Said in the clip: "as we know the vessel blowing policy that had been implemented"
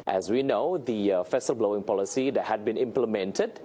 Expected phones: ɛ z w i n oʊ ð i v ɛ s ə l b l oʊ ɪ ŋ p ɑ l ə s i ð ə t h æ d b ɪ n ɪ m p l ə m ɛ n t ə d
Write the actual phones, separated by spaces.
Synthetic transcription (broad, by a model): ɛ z w i n oʊ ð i f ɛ s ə l b l oʊ ɪ ŋ p ɑ l ə s i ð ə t h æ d b ɪ n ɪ m p l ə m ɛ n t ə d